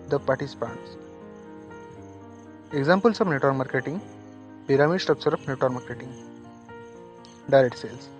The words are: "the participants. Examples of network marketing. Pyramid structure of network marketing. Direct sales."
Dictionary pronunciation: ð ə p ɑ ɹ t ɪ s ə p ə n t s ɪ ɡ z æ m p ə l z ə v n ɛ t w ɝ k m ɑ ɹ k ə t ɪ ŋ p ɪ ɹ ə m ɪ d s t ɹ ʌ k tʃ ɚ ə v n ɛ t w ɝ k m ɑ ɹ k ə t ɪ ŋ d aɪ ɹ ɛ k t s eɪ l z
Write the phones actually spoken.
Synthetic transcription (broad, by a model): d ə p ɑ ɹ t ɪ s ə p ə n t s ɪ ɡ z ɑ m p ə l s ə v n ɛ t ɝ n m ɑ ɹ k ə t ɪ ŋ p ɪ ɹ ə m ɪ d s t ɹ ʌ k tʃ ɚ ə f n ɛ t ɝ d m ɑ ɹ k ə t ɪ ŋ d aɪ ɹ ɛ t s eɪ l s